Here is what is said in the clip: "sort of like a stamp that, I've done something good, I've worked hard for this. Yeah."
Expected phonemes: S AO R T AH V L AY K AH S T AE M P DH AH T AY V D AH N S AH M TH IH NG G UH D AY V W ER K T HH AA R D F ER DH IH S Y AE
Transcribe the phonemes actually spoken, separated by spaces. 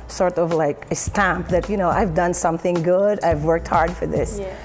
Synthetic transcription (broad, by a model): S AO R T AH V L AY K AH S T AE M P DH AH T AY V D AH N S AH M TH IH NG G UH D AY V W ER K T HH AA R D F ER DH IH S